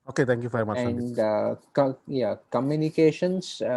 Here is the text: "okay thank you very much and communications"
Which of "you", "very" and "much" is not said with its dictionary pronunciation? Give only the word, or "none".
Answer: much